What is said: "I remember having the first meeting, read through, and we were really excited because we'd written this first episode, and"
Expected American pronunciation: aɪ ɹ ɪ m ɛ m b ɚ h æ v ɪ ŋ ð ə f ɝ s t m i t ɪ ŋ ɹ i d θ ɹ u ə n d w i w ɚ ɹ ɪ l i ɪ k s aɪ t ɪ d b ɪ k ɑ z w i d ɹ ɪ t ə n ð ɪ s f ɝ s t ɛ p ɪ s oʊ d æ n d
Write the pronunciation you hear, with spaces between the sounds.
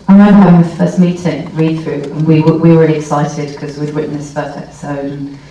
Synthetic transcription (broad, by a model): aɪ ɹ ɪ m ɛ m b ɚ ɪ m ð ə f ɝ s t m i t ɪ ŋ ɹ i d θ ɹ u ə n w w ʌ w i ɹ ɪ l i ɪ k s aɪ t ɪ d k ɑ z w i d w ɪ t n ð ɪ s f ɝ s t ɛ p ɪ s oʊ d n